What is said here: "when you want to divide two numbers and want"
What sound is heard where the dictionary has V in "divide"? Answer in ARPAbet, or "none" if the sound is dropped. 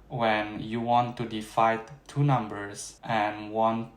F